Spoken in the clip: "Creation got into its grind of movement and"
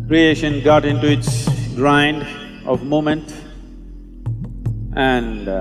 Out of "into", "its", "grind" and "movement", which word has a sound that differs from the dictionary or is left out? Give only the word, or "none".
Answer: movement